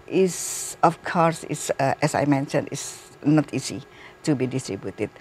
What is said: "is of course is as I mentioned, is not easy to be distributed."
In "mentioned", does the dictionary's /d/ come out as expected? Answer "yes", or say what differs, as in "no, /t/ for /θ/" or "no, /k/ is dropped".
no, /d/ is dropped